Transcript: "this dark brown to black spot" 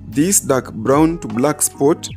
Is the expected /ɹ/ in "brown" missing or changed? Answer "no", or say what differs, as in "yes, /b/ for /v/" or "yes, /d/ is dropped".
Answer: no